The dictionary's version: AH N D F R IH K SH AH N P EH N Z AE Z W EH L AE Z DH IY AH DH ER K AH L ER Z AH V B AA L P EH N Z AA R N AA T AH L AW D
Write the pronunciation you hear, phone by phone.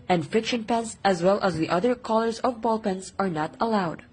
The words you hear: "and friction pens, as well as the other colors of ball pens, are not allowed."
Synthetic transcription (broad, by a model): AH N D F IH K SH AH N P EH N S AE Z W EH L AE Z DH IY AH DH ER K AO L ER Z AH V B AA L P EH N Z AA R N AA T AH L AW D